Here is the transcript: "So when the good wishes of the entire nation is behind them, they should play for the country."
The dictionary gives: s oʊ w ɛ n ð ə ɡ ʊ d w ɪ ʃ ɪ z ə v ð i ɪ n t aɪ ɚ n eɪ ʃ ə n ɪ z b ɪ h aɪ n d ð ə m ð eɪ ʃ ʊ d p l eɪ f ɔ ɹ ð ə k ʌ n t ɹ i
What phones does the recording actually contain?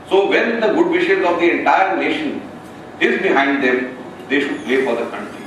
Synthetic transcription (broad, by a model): s oʊ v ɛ n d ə ɡ ʊ d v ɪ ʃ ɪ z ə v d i ɪ n t aɪ ɚ n eɪ ʃ ə n ɪ z b ɪ h aɪ n d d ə m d eɪ ʃ ʊ d p l eɪ f ɔ ɹ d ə k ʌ n t ɹ i